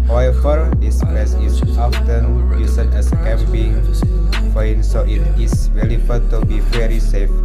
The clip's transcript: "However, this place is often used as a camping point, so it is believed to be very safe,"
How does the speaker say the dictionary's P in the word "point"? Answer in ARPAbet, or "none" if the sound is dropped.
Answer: F